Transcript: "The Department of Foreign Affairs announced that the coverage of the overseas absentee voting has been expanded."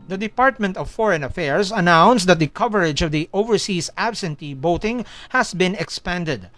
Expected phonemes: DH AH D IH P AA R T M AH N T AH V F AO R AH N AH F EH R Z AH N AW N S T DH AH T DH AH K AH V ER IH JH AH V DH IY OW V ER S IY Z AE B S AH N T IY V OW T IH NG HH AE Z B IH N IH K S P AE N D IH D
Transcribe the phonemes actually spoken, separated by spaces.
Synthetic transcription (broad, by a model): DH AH D IH P AA R T M AH N T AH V F AO R AH N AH F EH R S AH N AW N S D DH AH T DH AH K AH V ER IH JH AH V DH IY OW V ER S IY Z AE B S AH N T IY B OW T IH NG HH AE S B IH N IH K S P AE N D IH D